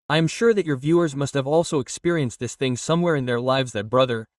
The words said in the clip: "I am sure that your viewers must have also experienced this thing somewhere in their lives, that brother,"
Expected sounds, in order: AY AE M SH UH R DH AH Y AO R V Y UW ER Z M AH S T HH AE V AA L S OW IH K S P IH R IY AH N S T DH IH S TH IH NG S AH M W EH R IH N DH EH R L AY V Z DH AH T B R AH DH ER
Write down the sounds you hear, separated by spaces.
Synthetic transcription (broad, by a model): AY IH M SH UH R DH AH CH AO R V Y UW ER Z M AH S T HH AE V AA L S OW IH K S P IH R IY AH N S T DH IH S TH IH NG S AH M W EH R IH N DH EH R L AY V Z DH AH T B R AH DH ER